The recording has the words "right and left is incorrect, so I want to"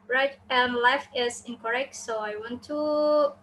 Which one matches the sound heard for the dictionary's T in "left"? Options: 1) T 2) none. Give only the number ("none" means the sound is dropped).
2